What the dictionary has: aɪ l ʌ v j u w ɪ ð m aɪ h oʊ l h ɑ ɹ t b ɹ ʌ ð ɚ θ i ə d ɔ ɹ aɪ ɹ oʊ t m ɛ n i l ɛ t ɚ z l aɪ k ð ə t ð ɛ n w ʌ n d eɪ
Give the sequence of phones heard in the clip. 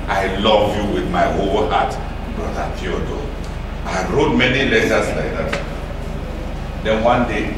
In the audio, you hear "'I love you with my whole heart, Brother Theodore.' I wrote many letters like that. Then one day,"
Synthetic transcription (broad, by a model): aɪ l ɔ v j u w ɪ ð m aɪ h oʊ l h ɑ t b ɔ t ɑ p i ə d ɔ aɪ ɹ oʊ t m ɛ n i l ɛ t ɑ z l aɪ k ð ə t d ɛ n w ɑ n d eɪ